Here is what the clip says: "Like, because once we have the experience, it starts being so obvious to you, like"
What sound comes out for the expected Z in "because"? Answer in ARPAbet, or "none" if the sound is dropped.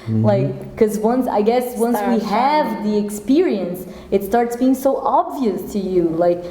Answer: S